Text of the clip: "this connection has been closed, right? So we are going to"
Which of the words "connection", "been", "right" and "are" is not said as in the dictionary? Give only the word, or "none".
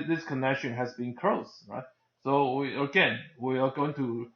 are